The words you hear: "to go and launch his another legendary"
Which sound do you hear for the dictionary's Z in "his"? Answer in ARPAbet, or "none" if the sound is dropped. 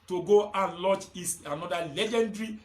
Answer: S